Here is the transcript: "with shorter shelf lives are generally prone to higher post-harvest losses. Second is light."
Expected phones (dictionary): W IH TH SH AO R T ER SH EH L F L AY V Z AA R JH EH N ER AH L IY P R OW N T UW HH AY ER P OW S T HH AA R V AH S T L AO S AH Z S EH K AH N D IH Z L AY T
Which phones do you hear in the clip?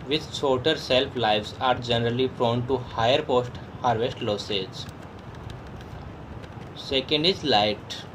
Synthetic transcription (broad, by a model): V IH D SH AO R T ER S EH L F L AY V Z AA R JH EH N ER AH L IY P R OW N T UW HH AY ER P OW S T HH AA R V AH S T L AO S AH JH S EH K AH N D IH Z L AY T